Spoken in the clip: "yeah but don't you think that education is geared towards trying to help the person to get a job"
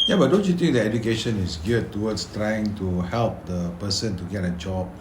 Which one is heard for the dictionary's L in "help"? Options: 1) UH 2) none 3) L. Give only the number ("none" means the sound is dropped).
3